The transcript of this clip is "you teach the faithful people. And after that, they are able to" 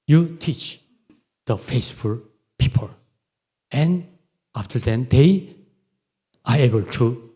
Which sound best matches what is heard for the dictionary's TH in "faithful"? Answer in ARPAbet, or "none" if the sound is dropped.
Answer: S